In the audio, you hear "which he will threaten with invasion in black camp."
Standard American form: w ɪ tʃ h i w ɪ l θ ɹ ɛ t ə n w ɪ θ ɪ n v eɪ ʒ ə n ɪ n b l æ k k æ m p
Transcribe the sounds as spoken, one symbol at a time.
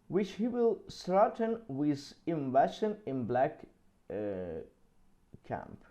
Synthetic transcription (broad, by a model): w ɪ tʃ h i w ɪ l s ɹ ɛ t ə n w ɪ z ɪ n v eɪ ʃ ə n ɪ n b l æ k k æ m p